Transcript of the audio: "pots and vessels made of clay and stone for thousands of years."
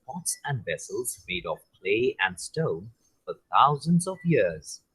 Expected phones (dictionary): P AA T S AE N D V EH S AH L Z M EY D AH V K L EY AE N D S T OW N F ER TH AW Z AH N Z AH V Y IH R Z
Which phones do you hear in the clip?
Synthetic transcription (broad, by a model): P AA T S AE N D V EH S AH L Z M EY D AH V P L EY AE N D S T OW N F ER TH AW Z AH N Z AH V Y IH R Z